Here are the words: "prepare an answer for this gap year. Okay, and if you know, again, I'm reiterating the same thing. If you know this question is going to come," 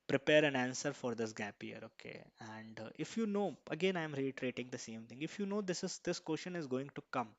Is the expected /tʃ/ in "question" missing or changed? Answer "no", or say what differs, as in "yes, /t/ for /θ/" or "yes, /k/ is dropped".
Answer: yes, /ʃ/ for /tʃ/